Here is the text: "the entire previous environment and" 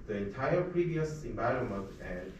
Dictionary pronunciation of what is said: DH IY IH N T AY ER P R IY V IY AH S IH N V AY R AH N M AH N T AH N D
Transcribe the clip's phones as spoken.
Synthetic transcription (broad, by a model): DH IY IH N T AY ER P R IY V IY AH S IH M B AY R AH M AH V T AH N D